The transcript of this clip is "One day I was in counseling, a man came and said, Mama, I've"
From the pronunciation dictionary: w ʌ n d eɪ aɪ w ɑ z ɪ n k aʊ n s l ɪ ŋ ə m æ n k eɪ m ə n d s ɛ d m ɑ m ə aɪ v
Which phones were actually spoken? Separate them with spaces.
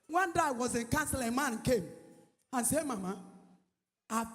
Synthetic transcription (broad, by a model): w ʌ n d aɪ w ɑ z ɪ n k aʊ n s ɪ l ə m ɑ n k eɪ m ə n s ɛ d m ɑ m ə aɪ